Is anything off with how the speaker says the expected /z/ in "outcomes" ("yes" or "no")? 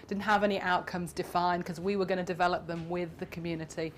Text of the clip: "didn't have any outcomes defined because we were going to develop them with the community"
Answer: no